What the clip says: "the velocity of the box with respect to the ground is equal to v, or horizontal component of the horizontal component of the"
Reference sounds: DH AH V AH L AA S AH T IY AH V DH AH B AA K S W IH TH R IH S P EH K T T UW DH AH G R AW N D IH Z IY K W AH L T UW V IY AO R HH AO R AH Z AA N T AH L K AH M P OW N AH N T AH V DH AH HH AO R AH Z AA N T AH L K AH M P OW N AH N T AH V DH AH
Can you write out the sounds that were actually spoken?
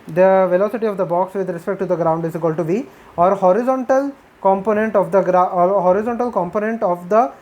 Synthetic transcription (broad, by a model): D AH V AH L AA S AH T IY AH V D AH B AA K S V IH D R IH S P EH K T T UW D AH G R AW N D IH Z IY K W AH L T UW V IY AO R HH AO R AH Z AA N T AH L K AH M P OW N AH N T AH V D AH HH AO R AH Z AA N T AH L K AH M P OW N AH N T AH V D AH